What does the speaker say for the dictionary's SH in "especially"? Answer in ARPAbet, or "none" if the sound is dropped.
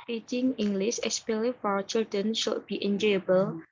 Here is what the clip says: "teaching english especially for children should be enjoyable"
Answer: none